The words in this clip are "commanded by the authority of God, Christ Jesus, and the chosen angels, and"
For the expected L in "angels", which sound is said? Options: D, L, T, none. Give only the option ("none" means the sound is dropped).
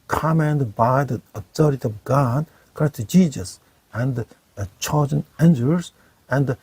none